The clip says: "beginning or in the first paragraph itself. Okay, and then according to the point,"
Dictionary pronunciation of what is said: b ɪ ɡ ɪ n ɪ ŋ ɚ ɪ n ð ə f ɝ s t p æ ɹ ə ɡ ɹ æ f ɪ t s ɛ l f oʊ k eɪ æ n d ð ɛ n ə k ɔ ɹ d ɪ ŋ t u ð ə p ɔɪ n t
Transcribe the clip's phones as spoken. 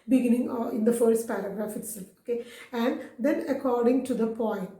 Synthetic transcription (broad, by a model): b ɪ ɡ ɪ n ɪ ŋ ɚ ɪ n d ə f ɝ s t p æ ɹ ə ɡ ɹ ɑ f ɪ t s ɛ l oʊ k eɪ æ n d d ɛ n ə k ɔ ɹ d ɪ ŋ t u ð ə p ɔɪ n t